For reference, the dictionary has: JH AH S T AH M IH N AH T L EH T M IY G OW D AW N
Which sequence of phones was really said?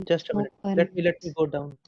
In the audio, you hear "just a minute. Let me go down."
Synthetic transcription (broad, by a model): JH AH S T AH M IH L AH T L EH T M IY G OW D AW N